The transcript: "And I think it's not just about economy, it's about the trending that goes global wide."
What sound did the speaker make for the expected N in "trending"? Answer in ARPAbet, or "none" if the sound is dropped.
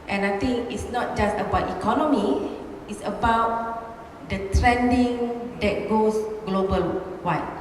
N